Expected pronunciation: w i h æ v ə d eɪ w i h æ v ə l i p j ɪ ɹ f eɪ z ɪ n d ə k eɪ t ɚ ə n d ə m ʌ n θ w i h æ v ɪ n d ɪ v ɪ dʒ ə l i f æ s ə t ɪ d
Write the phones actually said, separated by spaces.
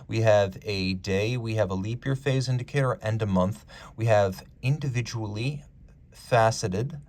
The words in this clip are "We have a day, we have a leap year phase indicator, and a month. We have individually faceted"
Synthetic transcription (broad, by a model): w i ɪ v ə d eɪ w i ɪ v ə l i p j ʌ ɹ f eɪ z ɪ n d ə k eɪ t ɚ ə n d ə m ʌ n θ w i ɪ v ɪ n d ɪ v ɪ dʒ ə l i f æ s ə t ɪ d